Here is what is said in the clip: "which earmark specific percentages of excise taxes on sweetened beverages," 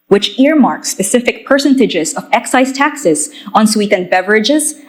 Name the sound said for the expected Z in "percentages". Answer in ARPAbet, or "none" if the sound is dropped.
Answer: Z